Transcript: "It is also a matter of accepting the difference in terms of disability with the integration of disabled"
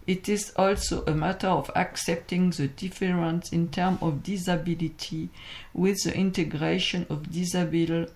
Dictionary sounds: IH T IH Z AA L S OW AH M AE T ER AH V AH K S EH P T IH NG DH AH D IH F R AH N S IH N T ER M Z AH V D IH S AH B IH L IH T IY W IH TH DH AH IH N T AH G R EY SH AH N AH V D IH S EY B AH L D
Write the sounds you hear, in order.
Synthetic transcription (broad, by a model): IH T IH Z AA L S OW AH M AE T ER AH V AH K S EH P T IH NG DH AH D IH F R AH N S IH N T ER M AH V D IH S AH B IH L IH T IY W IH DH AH IH N T AH G R EY SH AH N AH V D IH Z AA B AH L